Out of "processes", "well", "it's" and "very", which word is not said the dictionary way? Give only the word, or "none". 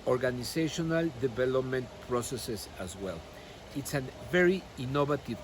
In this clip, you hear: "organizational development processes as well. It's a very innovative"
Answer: processes